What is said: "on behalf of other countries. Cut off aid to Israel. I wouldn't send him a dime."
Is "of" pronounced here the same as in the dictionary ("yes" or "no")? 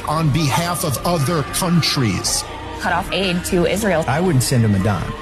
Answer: yes